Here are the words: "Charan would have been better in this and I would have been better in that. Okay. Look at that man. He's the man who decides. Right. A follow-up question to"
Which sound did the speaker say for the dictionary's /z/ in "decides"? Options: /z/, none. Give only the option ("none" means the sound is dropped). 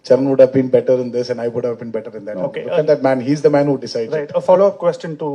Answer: none